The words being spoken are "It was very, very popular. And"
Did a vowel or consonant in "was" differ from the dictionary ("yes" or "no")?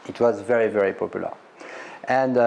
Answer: no